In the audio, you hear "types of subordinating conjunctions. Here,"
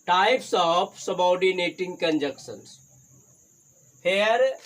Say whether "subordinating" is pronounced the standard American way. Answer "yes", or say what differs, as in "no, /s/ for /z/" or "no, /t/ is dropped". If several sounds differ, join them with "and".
no, /w/ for /ɹ/